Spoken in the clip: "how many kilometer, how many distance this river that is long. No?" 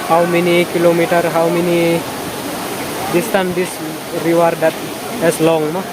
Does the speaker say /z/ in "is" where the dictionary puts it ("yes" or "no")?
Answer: no